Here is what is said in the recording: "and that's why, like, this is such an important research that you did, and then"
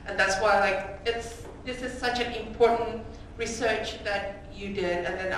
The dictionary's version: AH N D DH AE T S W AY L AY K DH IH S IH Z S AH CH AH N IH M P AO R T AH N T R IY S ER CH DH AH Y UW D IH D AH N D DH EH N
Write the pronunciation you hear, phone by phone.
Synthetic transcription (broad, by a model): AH N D DH AE T S W AY L AY K DH IH S IH Z S AH CH AH N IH M P AO R T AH N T R IY S ER CH DH AH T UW D IH D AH N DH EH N